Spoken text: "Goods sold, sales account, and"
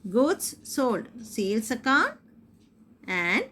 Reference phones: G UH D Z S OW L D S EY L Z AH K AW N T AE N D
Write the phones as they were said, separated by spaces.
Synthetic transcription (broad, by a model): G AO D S S OW L D S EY L S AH K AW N AE N D